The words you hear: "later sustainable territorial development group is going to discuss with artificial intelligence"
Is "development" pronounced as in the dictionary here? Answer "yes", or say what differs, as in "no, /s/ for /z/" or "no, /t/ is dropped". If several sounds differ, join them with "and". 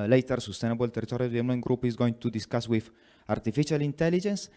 no, /p/ is dropped